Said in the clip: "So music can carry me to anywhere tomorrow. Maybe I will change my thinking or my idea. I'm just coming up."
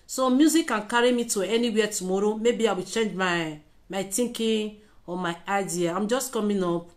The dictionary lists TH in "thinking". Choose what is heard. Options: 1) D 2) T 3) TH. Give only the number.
2